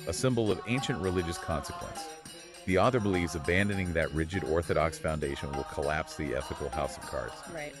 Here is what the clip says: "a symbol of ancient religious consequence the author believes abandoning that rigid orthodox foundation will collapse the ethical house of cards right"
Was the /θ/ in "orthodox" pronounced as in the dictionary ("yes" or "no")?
yes